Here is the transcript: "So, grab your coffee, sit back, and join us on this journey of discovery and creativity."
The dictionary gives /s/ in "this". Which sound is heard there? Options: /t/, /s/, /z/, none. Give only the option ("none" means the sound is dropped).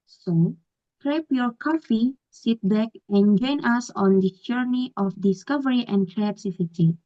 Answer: none